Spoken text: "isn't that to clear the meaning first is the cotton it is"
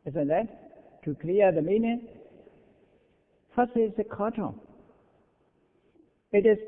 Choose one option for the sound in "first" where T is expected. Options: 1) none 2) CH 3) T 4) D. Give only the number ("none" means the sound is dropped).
1